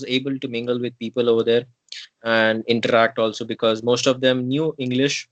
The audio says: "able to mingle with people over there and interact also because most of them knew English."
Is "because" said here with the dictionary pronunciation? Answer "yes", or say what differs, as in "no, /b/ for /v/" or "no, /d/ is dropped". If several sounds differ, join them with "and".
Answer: yes